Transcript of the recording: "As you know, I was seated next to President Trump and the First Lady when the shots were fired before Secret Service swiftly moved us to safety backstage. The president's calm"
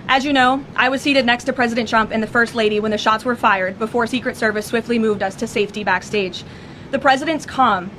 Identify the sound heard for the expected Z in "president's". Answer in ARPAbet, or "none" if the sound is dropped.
Z